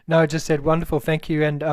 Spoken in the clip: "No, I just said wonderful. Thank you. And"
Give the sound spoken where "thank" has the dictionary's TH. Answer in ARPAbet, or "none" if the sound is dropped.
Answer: TH